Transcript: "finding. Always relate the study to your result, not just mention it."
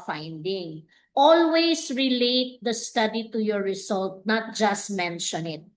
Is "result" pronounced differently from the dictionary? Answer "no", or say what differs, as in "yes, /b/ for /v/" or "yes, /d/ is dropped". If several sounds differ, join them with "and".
yes, /s/ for /z/